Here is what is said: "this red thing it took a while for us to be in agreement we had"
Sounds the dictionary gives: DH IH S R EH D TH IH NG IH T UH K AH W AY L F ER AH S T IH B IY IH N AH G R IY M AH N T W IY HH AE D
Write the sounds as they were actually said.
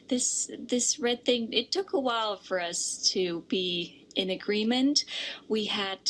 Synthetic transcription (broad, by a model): DH IH S R EH D TH IH NG IH T UH K AH W AY L F ER AH S T IH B IY IH N AH G R IY M AH N T W IY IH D